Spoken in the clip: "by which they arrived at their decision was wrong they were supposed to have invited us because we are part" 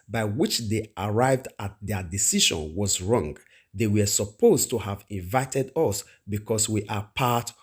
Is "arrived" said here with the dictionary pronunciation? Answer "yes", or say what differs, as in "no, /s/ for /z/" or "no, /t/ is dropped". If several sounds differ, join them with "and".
yes